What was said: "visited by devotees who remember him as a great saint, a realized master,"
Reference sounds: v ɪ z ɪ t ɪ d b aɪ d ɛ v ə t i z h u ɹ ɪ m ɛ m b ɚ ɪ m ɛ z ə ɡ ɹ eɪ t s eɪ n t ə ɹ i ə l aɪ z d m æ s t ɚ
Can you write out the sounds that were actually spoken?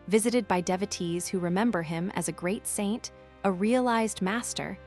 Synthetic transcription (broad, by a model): v ɪ z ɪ t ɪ d b aɪ d ɛ v ə t i z h u ɹ ɪ m ɛ m b ɚ ɪ m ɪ z ə ɡ ɹ eɪ t s eɪ n t ə ɹ i ə l aɪ z d m æ s t ɚ